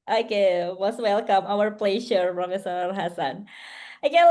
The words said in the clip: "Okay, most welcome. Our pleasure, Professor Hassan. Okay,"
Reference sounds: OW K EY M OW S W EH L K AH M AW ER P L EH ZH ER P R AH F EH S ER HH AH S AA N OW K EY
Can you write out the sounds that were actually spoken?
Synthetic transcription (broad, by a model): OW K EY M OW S W EH L K AH M AW ER P L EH SH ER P R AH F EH S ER HH AH S AA N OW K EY